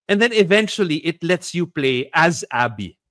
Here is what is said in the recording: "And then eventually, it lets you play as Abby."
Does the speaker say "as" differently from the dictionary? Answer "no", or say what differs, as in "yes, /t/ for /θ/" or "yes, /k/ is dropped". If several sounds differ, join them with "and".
no